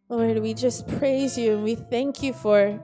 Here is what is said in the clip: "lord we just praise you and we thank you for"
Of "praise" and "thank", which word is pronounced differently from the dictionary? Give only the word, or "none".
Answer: none